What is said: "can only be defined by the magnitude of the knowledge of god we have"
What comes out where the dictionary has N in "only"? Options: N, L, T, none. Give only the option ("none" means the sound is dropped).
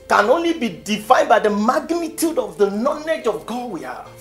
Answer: N